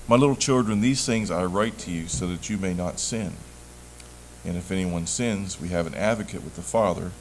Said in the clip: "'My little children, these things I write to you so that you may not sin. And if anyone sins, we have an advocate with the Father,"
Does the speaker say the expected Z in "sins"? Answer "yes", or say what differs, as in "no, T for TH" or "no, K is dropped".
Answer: yes